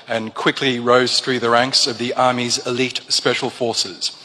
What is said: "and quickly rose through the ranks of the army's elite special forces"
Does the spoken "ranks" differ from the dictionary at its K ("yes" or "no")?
no